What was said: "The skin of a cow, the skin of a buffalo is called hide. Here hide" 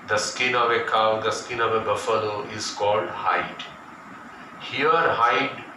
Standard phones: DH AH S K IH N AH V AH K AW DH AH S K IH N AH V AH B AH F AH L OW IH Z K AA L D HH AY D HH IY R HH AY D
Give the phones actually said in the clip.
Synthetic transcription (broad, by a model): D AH S K IH N AH V AH K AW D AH S K IH N AH V AH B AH F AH N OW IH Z K AA L D HH AY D HH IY R HH AY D